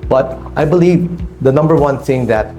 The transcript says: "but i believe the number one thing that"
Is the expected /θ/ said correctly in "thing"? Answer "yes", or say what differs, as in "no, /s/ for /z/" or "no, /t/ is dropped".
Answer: no, /s/ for /θ/